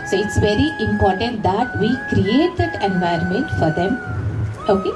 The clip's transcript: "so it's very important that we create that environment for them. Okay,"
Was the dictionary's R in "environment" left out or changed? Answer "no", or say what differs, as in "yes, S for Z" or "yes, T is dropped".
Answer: yes, R is dropped